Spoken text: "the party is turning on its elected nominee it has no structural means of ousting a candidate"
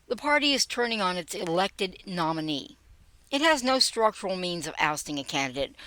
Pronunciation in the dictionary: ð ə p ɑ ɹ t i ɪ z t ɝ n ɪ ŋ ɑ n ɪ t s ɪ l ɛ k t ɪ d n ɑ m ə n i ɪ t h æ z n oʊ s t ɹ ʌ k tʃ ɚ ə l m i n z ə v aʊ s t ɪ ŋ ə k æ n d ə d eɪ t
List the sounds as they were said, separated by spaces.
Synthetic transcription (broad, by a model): ð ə p ɑ ɹ t i ɪ z t ɝ n ɪ ŋ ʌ n ɪ t s ɪ l ɛ k t ɪ d n ɑ m ə n i ɪ t h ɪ z n oʊ s t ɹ ʌ k tʃ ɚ l m i n z ə v aʊ s t ɪ ŋ ə k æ n d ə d eɪ t